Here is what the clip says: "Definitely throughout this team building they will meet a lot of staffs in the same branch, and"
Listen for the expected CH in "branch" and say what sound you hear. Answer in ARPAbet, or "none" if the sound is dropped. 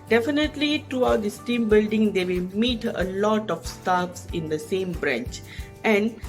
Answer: CH